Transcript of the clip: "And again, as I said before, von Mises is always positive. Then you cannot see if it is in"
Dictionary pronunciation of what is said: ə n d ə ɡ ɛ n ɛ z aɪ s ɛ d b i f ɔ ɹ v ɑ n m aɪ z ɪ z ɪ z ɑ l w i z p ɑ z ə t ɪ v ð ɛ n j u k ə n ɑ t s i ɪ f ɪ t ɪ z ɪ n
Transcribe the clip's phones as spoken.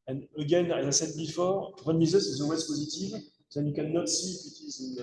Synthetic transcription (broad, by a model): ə n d ə ɡ ɛ n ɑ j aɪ s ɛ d b i f ɔ ɹ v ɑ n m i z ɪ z ɪ z ɑ l w i z p ɑ z ə t ɪ v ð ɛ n j u k ə n ɑ t s i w ɪ t ɪ z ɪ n